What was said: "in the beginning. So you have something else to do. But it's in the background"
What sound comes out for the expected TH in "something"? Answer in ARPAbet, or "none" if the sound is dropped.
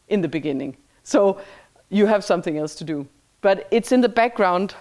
TH